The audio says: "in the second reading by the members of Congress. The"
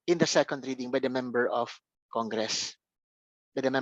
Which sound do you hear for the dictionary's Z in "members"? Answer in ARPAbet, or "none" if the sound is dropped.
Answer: none